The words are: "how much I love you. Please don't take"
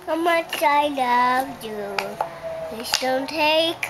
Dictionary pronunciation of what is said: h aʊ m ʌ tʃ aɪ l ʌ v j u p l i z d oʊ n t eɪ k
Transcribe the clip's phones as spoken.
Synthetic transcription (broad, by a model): h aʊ m ʌ tʃ aɪ l ʌ v j u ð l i s d oʊ n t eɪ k